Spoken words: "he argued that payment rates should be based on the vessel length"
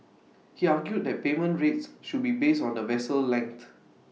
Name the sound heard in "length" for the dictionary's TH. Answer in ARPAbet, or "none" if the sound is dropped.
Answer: T